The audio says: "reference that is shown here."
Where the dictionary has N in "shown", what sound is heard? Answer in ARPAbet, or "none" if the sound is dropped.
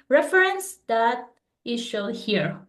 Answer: L